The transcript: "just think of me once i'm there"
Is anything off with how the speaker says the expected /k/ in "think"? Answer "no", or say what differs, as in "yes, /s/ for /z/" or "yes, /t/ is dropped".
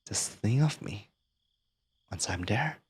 yes, /k/ is dropped